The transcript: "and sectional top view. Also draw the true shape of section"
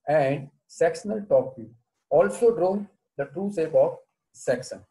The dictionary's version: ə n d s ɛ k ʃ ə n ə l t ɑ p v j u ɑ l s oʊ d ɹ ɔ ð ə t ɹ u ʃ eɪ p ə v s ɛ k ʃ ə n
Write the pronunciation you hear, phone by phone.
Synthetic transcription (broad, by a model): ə n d s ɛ k s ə n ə l t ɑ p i ɑ l s oʊ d ɹ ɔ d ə t ɹ u s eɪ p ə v s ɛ k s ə n